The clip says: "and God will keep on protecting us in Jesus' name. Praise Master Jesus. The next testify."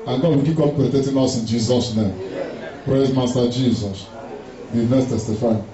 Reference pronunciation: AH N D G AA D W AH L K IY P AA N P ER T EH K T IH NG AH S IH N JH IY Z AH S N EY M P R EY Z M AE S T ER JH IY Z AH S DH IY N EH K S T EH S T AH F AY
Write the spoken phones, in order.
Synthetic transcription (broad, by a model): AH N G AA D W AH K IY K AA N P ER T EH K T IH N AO S IH N JH IY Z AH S N EY M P R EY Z M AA S T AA JH IY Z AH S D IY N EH S T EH S T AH F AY